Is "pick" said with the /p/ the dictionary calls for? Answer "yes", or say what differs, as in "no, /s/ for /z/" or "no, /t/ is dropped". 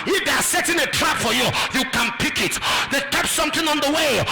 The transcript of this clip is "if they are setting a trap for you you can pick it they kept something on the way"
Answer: yes